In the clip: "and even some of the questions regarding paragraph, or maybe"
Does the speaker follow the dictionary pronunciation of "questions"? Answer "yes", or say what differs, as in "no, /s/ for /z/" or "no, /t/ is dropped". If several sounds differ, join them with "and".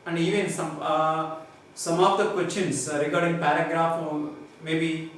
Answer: no, /s/ is dropped